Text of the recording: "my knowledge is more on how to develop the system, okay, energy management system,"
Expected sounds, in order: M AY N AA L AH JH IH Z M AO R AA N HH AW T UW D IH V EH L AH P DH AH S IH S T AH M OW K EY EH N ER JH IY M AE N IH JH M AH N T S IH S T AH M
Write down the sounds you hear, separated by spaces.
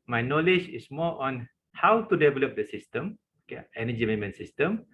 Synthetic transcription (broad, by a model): M AY N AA L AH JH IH S M AO AA N HH AW T UW D IH V EH L AH P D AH S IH S T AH M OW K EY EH N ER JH IY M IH M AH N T S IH S T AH M